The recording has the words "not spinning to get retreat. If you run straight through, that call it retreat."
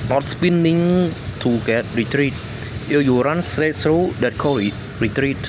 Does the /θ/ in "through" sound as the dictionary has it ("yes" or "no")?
no